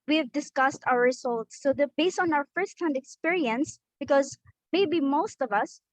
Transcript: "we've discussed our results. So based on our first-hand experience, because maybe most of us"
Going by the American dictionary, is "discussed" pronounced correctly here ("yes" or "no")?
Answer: yes